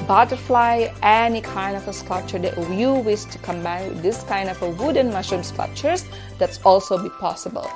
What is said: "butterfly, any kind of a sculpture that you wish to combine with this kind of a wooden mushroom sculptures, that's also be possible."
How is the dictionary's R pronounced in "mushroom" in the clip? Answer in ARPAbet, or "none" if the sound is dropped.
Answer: none